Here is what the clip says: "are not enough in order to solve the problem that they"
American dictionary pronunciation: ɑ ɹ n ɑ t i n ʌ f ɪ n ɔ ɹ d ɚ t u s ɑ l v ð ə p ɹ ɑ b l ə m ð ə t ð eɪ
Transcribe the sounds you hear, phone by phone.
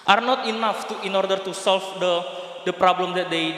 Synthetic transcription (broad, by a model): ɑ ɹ n ɑ t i n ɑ f ɪ n ɔ ɹ d ɚ t u s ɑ l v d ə p ɹ ɑ b l ə m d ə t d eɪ